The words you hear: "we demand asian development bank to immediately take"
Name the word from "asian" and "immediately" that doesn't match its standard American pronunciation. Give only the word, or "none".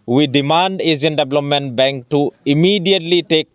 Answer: asian